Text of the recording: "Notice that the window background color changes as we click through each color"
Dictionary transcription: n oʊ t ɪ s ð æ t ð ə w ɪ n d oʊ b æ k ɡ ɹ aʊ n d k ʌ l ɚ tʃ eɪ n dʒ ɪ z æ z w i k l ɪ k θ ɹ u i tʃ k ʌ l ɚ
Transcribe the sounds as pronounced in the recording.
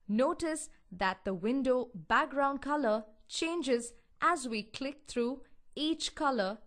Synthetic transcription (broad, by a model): n oʊ t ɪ s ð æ t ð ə w ɪ n d oʊ b æ k ɡ ɹ aʊ n d k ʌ l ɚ tʃ eɪ n dʒ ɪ z æ z w i k l ɪ k t ɹ u i tʃ k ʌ l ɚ